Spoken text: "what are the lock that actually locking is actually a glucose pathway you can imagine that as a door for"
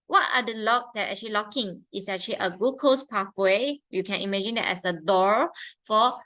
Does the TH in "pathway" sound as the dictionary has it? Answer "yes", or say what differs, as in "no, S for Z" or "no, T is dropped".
no, F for TH